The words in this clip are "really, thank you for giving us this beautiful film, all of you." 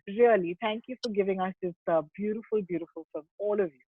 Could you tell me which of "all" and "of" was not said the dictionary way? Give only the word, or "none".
none